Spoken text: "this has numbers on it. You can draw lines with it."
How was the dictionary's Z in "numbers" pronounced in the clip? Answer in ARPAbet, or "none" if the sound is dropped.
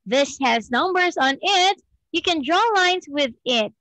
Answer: Z